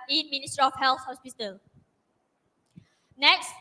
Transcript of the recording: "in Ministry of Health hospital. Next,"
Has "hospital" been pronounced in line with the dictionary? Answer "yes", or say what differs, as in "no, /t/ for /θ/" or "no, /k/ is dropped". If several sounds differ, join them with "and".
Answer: no, /b/ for /p/